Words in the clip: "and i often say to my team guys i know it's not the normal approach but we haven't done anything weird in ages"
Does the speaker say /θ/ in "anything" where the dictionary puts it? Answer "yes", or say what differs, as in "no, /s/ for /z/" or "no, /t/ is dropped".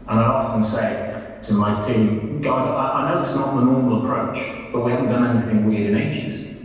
yes